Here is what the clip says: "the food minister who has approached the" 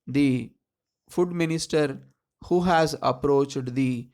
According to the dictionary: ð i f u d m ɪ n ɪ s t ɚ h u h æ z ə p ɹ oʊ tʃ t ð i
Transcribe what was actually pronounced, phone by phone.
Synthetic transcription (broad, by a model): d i f u d m ɪ n ɪ s t ɚ h u h æ z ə p ɹ oʊ tʃ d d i